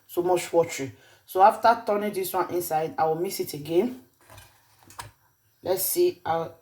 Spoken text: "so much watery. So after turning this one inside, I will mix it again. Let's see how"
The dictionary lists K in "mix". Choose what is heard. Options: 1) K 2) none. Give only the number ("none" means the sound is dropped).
2